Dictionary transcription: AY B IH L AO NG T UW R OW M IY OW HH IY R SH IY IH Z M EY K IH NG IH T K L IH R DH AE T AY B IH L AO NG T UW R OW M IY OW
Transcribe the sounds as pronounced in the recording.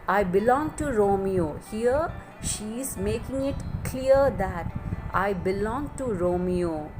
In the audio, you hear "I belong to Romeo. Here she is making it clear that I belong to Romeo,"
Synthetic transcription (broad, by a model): AY B IH L AO NG T UW R OW M IY OW HH IY R SH IY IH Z M EY K IH NG IH T K L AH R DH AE T AY B IH L AO NG T UW R OW M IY OW